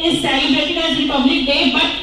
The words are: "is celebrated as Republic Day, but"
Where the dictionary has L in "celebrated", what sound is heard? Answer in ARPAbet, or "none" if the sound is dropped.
none